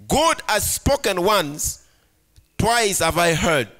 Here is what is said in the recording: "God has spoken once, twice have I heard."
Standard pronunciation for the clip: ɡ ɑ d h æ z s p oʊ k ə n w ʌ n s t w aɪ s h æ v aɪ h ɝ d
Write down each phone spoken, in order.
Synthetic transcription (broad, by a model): ɡ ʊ d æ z s p oʊ k ə n w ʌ n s t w aɪ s h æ v aɪ h ɝ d